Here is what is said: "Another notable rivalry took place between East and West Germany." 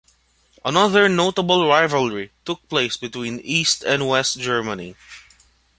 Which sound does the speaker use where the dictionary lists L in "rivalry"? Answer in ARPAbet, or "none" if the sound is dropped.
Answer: L